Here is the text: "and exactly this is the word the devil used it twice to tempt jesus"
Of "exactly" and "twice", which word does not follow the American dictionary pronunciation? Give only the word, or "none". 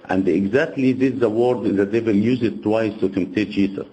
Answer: none